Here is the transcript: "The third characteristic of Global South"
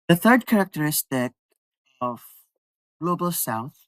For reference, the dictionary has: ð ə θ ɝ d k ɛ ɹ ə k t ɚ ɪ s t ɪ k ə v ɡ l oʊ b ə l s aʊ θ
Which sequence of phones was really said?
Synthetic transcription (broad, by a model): ð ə θ ɝ d k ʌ ɹ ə k t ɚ ɪ s t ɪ k ə v ɡ l oʊ b ə l s aʊ θ